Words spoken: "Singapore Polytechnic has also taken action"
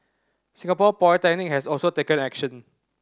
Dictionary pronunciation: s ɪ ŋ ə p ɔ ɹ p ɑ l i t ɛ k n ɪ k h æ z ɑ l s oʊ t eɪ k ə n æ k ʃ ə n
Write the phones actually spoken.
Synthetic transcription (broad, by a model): s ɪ ŋ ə p ɔ p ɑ i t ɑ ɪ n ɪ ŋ h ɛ s ɑ l s oʊ t eɪ k ə n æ k ʃ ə n